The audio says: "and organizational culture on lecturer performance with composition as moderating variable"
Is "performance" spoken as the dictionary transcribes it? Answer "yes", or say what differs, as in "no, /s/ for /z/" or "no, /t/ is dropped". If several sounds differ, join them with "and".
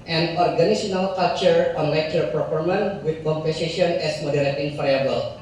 no, /s/ is dropped